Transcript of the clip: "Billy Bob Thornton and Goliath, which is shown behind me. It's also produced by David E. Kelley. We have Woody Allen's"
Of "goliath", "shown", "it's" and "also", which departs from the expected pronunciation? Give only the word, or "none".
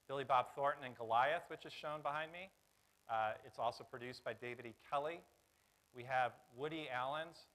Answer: none